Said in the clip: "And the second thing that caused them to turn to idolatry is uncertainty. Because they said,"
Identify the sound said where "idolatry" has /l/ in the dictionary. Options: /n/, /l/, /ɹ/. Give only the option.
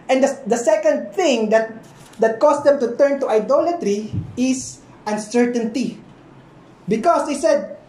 /l/